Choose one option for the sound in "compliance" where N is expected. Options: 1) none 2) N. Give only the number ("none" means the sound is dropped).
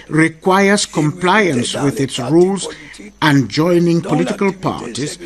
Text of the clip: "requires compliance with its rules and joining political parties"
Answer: 2